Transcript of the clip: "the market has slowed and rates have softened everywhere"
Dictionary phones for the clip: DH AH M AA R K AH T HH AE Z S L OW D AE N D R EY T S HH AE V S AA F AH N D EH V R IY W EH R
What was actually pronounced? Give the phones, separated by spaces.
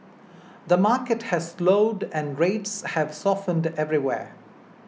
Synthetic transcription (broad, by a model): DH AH M AA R K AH T HH AE Z S L OW D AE N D R EY T S HH AE V S AA F AH N D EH V R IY W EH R